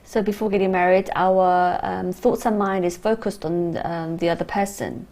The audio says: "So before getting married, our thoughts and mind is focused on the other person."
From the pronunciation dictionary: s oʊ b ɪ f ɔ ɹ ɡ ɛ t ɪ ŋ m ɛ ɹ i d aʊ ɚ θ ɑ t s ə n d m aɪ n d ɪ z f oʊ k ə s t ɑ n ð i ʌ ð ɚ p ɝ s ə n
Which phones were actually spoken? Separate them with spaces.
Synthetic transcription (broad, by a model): s oʊ b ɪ f ɔ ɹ ɡ ɛ t ɪ ŋ m ɛ ɹ i d aʊ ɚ θ ɑ t s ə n m aɪ n d ɪ z f oʊ k ə s t n ð i ʌ ð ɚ p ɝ s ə n